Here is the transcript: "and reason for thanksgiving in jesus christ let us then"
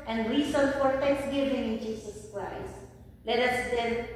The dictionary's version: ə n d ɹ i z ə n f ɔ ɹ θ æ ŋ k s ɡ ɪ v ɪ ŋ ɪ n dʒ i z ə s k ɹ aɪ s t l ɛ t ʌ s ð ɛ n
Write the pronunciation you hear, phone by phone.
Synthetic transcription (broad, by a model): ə n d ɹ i s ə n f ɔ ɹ t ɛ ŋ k s ɡ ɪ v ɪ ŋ ɪ n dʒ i s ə s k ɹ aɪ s l ɛ t ʌ s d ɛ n